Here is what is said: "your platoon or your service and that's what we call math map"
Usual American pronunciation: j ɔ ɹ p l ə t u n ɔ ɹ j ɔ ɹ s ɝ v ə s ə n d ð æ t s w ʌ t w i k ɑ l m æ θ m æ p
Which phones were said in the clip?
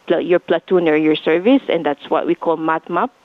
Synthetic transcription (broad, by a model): j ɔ ɹ p l ə t u n ɔ ɹ j ɔ ɹ s ɝ v ə s ə n d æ t s w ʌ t w i k ɑ l m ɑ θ m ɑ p